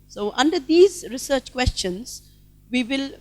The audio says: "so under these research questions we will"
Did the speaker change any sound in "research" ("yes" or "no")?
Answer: no